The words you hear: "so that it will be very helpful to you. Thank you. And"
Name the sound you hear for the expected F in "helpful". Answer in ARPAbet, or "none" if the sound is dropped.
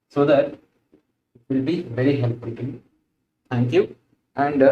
none